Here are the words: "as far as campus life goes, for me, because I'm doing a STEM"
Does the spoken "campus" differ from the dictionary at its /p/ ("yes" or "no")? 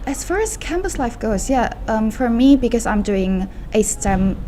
yes